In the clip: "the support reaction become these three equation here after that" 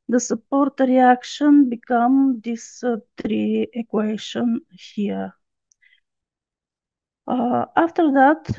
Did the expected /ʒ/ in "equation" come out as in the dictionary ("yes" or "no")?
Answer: no